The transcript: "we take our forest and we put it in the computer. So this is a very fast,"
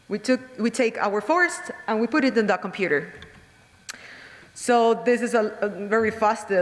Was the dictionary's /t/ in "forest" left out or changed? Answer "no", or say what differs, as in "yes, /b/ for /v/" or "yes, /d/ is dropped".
no